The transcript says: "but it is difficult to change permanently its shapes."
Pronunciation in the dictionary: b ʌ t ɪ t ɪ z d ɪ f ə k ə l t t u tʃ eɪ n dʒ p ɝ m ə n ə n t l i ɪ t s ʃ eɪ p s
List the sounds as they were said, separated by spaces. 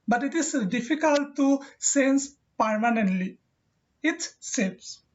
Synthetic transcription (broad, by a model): b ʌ t ɪ t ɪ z d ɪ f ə k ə l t t u s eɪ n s p ɝ m ə n ə n t l i ɪ t s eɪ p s